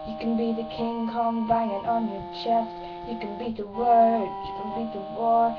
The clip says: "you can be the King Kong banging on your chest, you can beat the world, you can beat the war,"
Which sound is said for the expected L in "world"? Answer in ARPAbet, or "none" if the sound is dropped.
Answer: none